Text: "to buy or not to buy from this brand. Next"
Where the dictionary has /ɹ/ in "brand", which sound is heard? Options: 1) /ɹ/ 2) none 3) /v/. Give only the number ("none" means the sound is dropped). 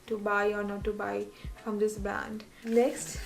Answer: 2